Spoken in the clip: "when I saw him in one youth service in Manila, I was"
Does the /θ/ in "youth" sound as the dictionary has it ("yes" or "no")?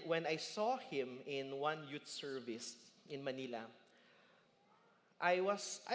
no